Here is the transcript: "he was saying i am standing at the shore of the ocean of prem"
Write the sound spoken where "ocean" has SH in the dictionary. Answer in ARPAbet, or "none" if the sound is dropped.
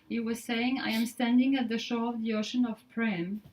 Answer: SH